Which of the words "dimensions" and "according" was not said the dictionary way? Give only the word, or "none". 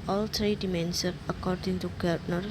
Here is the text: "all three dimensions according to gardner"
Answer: dimensions